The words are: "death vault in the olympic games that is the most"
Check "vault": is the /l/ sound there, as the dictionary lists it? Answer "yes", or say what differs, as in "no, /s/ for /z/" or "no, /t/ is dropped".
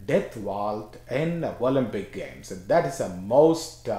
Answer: yes